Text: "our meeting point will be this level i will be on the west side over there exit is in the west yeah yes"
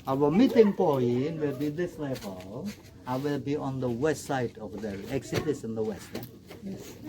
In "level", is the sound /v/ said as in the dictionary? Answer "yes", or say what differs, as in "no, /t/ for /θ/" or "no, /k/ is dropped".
no, /b/ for /v/